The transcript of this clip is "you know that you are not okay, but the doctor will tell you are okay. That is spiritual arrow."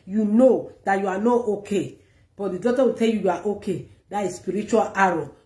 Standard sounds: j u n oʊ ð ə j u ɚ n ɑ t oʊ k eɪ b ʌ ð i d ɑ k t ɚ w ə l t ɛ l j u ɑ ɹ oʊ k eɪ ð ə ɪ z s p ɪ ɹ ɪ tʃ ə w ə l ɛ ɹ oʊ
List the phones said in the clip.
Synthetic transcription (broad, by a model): j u n oʊ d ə j u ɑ n ɑ t oʊ k eɪ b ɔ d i d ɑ t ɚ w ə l t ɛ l j u ɑ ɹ oʊ k eɪ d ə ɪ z s p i ɹ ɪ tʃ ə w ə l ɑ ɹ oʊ